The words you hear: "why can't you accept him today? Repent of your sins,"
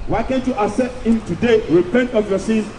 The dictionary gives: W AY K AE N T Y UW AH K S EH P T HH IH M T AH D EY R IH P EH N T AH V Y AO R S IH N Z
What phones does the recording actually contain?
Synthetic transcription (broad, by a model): W AY K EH N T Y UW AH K S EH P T HH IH M T AH D EY R IH P EH N T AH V Y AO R S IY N